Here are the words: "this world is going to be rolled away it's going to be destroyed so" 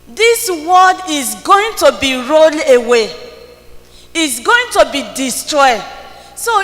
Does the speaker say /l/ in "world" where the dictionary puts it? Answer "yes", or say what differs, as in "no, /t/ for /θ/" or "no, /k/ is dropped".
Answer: no, /l/ is dropped